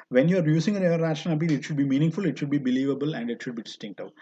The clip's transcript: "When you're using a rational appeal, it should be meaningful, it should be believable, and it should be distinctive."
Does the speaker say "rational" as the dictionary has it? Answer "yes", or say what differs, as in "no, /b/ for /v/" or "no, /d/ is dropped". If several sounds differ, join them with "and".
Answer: no, /ʃ/ is dropped